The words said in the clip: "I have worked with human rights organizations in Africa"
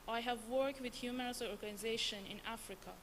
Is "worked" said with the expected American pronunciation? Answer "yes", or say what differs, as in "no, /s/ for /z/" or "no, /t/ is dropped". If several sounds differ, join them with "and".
yes